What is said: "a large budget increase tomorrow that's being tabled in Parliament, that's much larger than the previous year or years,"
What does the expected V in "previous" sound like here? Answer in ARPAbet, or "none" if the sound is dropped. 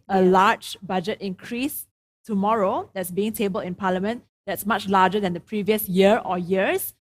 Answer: V